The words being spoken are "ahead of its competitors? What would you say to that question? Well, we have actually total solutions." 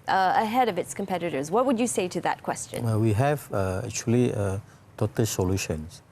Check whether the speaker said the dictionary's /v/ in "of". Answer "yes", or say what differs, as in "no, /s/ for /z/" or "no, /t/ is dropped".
yes